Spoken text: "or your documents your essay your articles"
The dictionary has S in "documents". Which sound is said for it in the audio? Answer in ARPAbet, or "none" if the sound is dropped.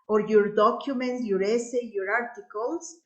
none